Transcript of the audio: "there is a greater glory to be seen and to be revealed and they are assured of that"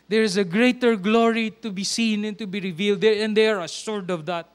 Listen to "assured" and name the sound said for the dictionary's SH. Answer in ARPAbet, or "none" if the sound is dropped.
S